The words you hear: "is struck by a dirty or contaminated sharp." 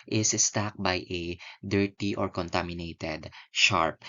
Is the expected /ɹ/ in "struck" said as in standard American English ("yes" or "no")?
no